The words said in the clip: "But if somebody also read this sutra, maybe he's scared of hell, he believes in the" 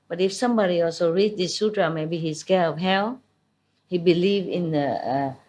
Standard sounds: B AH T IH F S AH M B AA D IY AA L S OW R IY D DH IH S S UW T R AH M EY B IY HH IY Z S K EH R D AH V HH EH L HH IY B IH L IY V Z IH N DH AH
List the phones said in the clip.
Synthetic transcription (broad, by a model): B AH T IH F S AH M B AA D IY AA L S OW R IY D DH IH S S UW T R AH M EY B IY HH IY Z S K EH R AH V HH EH L HH IY B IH L IY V IH N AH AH